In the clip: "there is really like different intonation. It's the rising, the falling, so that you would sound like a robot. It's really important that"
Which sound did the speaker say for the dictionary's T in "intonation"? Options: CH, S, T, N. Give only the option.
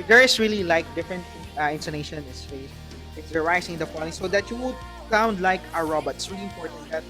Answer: S